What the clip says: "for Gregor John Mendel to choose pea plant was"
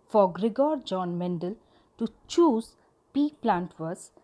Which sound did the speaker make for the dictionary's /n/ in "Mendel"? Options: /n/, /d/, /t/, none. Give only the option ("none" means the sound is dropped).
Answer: /n/